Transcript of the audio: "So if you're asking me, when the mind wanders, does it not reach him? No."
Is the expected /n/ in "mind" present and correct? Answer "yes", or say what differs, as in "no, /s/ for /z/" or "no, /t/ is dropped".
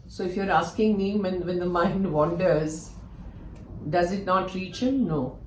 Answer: yes